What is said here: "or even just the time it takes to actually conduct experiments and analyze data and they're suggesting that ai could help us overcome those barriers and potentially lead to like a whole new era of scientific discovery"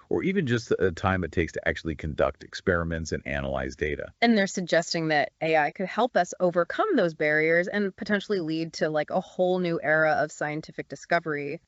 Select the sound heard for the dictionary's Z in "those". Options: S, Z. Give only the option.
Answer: Z